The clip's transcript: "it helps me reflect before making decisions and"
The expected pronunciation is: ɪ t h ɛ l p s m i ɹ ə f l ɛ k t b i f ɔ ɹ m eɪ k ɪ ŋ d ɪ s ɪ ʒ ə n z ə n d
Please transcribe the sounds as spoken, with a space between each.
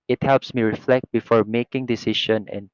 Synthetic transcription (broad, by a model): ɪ t h ɛ l p s m i ɹ ə f l ɛ k t b i f ɔ ɹ m eɪ k ɪ ŋ d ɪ s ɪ ʃ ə n ə n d